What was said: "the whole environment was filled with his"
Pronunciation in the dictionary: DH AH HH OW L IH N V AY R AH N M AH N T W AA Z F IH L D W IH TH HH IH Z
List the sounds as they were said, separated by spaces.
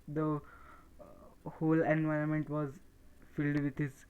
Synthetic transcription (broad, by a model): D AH HH OW L IH N V AY R AH N M AH N T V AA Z F IH L D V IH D HH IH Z